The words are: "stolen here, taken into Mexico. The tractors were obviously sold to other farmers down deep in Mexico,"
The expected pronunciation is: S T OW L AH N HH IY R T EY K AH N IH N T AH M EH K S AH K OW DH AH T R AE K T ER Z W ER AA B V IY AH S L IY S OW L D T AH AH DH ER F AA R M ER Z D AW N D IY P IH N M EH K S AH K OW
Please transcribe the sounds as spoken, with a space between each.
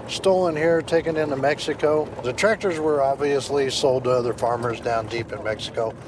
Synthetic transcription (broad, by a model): S T OW L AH N HH IY R T EY K AH N IH N T AH M EH K S AH K OW DH AH T R AE K T ER Z W ER AA B V IY AH S L IY S OW L D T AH AH DH ER F AA R M ER Z D AW N D IY P IH N M EH K S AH K OW